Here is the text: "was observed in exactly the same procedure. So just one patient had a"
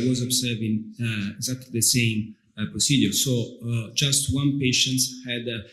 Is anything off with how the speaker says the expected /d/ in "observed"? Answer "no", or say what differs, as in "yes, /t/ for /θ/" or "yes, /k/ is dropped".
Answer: yes, /d/ is dropped